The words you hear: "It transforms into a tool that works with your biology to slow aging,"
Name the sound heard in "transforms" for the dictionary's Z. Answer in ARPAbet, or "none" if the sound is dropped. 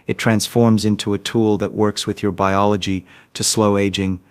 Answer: Z